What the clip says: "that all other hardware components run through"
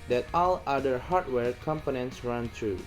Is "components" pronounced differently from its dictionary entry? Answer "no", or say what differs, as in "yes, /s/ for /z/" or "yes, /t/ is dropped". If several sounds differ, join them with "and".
no